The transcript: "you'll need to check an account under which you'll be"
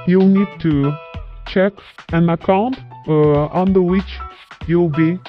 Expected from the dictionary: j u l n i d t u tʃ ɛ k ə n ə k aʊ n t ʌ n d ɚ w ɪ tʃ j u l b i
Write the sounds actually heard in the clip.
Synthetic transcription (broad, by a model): j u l n i d t u tʃ ɛ k ə n ə k aʊ n t ʌ n d ɚ w ɪ tʃ j u l b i